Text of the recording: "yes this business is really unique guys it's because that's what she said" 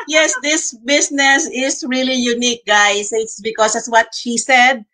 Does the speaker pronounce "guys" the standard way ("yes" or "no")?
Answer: no